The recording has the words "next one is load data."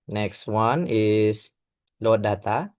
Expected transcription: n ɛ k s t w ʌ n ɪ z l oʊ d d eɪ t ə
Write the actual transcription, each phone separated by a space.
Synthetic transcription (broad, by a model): n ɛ k s t w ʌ n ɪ s l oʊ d d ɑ t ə